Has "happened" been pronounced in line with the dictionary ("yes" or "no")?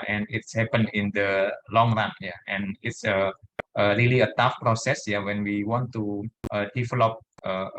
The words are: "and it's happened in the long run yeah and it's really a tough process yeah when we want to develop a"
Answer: no